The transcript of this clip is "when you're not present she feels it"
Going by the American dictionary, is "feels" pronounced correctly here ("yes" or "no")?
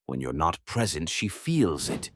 yes